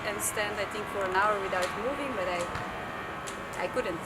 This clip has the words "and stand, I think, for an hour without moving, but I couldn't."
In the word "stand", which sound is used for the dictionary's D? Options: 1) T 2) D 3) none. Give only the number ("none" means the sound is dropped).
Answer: 2